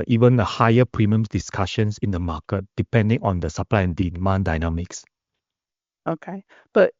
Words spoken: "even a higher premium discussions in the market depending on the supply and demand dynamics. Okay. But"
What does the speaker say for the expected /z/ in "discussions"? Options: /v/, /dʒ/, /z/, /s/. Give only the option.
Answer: /s/